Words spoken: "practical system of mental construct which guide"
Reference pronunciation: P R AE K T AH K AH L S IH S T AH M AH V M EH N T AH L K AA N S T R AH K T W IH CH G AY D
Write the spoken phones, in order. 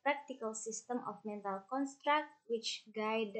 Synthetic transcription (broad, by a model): P R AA K T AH K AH L S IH S T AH M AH F M EH N T AH L K AA N S T R AH K T W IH CH G AY D